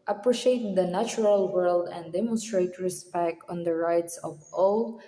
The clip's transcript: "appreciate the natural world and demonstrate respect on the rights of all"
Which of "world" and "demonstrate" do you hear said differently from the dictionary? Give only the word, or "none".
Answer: none